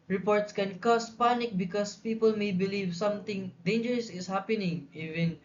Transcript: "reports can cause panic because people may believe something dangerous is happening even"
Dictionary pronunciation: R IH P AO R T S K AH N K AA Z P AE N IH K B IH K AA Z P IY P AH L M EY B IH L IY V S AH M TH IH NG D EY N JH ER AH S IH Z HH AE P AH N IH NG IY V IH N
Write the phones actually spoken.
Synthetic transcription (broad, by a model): R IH P AO R T S K AH N K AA S P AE N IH K B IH K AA S P IY P AH L M EY B IH L IY V S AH M T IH NG D EY N JH ER AH S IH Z HH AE P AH N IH NG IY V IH N